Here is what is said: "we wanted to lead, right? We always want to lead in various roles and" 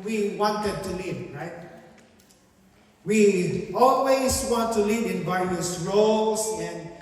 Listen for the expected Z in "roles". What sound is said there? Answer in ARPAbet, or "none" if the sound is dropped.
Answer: S